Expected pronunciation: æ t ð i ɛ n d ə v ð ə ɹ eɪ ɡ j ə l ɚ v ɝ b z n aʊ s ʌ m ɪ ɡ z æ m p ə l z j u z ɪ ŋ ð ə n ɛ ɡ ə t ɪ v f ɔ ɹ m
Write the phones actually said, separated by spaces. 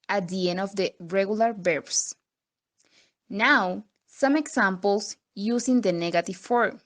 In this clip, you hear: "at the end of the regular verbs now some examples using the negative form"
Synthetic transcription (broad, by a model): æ t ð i ɛ n d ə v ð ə ɹ eɪ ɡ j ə l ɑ b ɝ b s n aʊ s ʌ m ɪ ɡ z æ m p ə l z j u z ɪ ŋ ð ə n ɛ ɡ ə t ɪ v f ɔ ɹ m